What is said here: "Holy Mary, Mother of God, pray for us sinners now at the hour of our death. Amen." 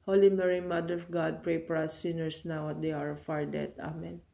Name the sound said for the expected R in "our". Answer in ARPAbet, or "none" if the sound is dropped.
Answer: R